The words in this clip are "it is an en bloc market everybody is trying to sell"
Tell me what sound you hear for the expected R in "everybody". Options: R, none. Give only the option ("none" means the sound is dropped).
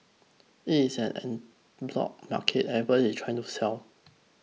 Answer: none